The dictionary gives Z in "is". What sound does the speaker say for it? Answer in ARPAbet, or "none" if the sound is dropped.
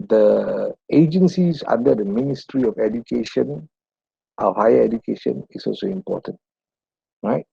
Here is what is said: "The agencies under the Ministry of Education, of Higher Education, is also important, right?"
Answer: S